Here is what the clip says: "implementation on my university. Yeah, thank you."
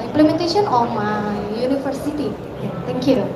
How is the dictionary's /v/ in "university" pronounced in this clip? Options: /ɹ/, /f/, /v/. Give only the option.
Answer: /f/